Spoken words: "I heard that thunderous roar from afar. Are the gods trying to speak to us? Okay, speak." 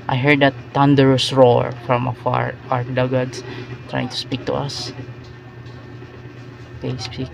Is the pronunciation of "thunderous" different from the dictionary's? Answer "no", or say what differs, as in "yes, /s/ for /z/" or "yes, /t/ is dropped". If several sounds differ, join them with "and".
yes, /t/ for /θ/